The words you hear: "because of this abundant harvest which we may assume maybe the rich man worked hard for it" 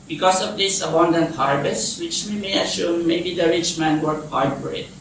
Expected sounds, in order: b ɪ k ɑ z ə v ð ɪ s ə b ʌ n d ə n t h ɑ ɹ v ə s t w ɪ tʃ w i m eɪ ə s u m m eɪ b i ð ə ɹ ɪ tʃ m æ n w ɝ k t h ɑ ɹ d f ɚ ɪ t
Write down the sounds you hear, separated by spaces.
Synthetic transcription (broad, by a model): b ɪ k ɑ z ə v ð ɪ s ə b ʌ n d ə n t h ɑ ɹ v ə s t w ɪ tʃ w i m eɪ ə ʃ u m m eɪ b i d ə ɹ ɪ tʃ m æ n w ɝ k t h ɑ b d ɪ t